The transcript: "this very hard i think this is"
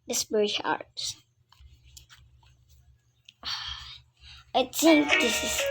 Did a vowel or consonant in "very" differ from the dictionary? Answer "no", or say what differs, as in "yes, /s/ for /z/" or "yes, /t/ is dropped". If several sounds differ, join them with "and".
yes, /p/ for /v/